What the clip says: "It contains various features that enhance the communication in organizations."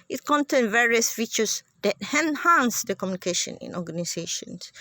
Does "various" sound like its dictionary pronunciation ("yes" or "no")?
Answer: yes